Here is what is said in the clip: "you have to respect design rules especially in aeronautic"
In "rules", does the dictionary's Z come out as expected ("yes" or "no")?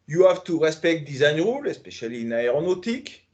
no